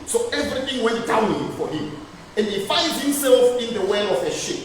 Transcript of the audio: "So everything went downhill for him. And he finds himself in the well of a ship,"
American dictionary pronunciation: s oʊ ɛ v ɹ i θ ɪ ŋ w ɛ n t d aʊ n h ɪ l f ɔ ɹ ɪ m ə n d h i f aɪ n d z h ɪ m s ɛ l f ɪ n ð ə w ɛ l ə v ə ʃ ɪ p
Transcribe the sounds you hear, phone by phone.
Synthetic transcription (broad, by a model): s oʊ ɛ v ɹ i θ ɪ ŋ w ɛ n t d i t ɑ f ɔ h ɪ m ə n d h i f aɪ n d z h ɪ m s ɛ l f ɪ n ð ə w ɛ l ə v ə ʃ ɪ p